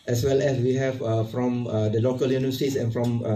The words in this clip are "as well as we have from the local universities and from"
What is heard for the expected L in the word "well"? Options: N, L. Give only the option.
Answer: L